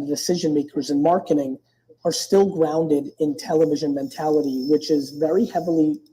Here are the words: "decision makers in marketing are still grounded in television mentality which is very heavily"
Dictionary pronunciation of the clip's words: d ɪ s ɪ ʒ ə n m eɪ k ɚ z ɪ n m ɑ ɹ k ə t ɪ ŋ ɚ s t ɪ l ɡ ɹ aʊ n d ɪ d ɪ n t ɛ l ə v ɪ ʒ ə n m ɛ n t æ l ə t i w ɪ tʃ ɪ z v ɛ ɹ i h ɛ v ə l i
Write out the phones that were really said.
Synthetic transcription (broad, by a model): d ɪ s ɪ ʒ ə n m eɪ k ɚ z ɪ n m ɑ ɹ k ə t ɪ ŋ ɚ s t ɪ l ɡ ɹ aʊ n d ɪ d ɪ n t ɛ l ə v ɪ ʒ ə n m ɛ n t æ l ə t i w ɪ tʃ ɪ z v ɛ ɹ i h ɛ v l i